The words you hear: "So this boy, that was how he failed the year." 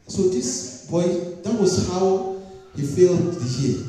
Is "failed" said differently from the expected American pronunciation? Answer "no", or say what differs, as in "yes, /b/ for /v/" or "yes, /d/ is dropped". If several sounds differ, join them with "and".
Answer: no